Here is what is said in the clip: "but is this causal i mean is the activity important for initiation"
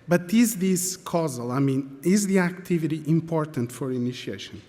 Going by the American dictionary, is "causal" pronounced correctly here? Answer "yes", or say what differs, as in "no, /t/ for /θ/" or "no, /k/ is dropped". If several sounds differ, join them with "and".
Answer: yes